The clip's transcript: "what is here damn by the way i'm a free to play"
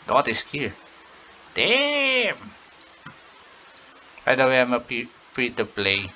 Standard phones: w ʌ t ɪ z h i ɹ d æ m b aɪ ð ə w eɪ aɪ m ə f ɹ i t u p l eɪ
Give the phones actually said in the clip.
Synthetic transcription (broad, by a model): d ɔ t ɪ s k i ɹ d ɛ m b aɪ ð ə w eɪ aɪ m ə p ɹ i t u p l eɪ